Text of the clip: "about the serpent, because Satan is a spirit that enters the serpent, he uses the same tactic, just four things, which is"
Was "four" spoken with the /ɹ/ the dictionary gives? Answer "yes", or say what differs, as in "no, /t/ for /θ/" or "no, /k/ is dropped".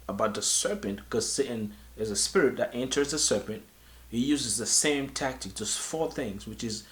yes